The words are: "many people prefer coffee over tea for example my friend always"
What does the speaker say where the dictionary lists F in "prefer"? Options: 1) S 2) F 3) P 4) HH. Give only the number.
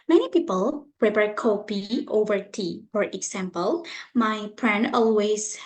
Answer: 3